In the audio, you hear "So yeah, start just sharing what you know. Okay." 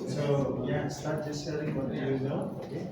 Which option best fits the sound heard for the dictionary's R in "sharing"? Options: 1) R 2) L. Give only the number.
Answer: 2